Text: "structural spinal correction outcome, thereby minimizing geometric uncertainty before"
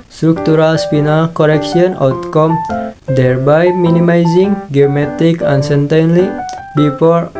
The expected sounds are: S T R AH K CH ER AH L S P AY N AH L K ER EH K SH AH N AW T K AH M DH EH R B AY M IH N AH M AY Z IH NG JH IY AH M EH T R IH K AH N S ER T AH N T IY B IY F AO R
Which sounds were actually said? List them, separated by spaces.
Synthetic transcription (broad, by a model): S T R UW K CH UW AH L S P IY N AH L K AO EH K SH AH N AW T K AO M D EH R B AY M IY N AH M AY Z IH NG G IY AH M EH T IH K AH N S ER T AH N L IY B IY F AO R